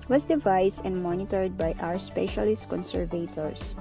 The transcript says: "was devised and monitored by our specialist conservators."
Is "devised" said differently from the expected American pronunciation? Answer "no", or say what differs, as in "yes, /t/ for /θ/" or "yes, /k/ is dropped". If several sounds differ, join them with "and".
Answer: yes, /s/ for /z/